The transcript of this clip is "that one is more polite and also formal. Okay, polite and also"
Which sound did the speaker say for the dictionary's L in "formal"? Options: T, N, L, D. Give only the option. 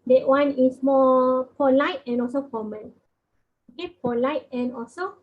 N